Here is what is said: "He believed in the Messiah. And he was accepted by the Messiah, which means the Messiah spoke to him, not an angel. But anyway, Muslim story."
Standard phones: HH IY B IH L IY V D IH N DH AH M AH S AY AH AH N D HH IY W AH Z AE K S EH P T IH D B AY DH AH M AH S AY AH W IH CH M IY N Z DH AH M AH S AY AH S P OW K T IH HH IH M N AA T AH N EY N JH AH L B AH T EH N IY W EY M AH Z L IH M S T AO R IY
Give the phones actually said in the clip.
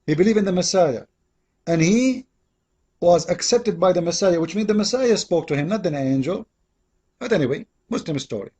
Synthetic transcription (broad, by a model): HH IY B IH L IY V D IH N DH AH M AH S AY AH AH N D HH IY W AH Z AE K S EH P T IH D B AY DH AH M AH S AY AH W IH CH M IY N DH AH M AH S AY AH S P OW K T IH HH IH M N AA T AH N EY N JH AH L B AH T EH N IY W EY M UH S L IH M S T AO R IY